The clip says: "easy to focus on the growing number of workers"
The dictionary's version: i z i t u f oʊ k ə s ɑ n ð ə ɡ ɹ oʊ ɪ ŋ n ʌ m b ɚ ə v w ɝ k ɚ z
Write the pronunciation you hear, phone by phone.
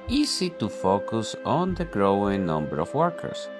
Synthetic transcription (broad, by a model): i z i t u f oʊ k ə s ɑ n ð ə ɡ ɹ oʊ ɪ ŋ n ʌ m b ɚ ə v w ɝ k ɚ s